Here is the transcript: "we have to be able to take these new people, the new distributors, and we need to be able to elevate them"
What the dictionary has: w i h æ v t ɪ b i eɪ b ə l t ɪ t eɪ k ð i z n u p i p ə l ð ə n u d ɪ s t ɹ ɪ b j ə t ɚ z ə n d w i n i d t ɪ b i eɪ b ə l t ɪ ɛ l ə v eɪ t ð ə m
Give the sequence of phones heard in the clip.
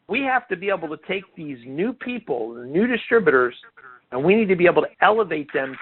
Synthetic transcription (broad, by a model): w i h æ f t ɪ b i eɪ b l t ɪ t eɪ k ð i z n u p i p l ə n u d ɪ s t ɹ ɪ b j ə t ɚ z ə n w i n i d t ɪ b i eɪ b l t ɪ ɛ l ə v eɪ t ð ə m